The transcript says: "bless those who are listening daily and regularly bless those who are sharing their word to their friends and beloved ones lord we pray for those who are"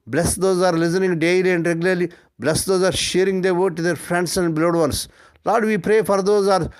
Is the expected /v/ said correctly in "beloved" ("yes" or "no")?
no